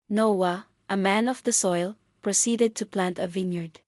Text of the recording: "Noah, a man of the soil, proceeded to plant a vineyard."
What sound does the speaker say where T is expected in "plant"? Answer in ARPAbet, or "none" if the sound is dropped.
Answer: T